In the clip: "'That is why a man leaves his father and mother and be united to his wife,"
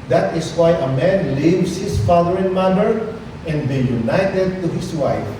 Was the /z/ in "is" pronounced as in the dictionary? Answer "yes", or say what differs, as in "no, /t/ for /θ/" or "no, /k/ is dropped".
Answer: no, /s/ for /z/